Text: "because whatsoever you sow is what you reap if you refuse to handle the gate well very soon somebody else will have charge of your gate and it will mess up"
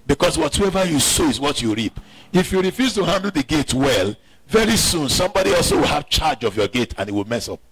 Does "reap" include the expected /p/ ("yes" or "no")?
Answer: yes